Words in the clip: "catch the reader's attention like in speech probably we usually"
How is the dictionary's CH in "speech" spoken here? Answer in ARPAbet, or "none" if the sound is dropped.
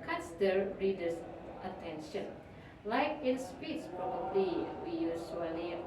S